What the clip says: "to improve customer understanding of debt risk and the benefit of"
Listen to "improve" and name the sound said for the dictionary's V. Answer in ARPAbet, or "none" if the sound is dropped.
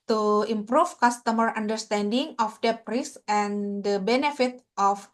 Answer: F